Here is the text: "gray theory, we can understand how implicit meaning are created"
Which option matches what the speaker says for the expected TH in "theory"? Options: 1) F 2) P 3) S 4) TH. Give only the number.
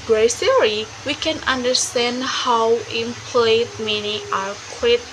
3